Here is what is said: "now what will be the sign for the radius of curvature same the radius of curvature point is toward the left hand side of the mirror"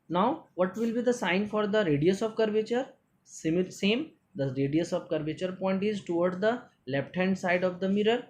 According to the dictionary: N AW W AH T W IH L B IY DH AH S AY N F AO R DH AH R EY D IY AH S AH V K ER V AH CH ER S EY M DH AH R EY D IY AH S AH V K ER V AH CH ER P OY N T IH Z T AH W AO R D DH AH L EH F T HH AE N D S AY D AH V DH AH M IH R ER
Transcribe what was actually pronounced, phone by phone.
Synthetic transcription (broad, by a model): N AW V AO T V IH L B IY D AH S AY N F AO R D AH R EY D IY AH S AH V K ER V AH CH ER S EY M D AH R EY D IY AH S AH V K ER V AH CH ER P OY N T IH Z T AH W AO R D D AH L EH P T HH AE N D S AY D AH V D AH M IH R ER